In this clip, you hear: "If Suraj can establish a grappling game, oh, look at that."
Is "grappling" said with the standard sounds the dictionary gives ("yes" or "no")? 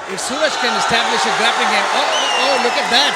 no